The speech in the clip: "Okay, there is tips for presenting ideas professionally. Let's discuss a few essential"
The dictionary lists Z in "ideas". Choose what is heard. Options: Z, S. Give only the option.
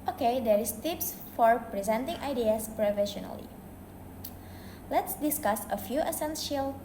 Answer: S